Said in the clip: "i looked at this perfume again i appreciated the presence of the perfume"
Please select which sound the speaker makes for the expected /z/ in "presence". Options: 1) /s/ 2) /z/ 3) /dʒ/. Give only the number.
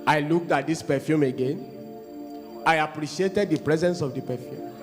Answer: 2